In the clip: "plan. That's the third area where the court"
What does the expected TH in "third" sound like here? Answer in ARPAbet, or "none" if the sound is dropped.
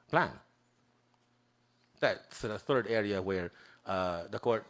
TH